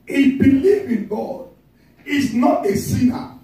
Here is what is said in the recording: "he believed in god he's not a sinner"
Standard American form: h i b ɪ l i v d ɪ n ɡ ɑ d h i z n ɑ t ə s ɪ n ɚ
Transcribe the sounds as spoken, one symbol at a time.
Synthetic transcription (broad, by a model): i b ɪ l i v ɪ n ɡ ɑ d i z n ɑ t ə s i n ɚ